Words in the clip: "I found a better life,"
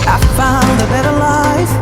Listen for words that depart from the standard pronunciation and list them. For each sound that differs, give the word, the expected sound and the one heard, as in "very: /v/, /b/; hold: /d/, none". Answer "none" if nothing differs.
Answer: found: /d/, none